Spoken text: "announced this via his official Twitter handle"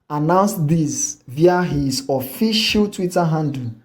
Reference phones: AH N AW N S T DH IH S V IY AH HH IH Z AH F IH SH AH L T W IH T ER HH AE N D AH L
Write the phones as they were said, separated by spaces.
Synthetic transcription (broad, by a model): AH N AW N S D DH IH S V IY AH HH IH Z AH F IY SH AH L T W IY T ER HH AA N D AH